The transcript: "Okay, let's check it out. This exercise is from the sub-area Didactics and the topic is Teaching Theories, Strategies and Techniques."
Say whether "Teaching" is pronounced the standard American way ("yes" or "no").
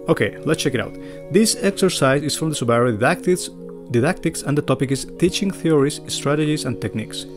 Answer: yes